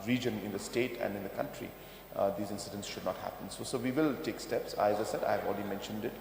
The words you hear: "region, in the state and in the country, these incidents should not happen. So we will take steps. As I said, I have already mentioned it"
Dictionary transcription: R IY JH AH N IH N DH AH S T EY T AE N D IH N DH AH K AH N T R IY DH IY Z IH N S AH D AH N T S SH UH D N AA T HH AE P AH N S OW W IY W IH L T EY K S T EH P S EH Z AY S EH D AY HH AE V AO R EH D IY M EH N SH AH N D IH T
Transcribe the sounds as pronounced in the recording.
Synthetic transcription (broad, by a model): R IY JH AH N IH N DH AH S T EY T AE N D IH N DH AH K AH N T R IY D IY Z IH N S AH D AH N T S SH UH D N AA T HH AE P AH N S OW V IY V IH L T EY K S T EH P S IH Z AY S EH D AY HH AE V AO L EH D IY M EH N SH AH N D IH T